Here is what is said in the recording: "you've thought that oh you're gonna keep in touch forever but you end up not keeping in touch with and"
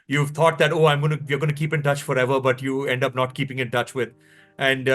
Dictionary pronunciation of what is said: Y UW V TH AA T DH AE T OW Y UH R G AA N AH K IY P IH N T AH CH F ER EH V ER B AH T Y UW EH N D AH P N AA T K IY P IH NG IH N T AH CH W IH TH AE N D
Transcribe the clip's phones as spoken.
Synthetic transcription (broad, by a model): Y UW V T AA T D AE T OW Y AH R G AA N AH K IY P IH N T AH CH F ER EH V ER B AH T Y UW EH N D AH P N AA T K IY P IH NG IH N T AH CH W IH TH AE N D